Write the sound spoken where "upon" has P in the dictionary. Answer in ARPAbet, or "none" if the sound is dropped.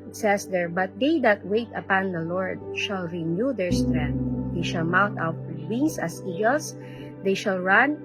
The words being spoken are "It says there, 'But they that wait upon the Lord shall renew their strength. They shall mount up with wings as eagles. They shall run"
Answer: P